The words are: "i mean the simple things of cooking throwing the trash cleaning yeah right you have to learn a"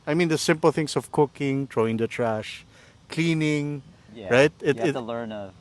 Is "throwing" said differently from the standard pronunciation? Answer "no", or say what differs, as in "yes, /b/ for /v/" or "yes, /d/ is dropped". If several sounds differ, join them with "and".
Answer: yes, /t/ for /θ/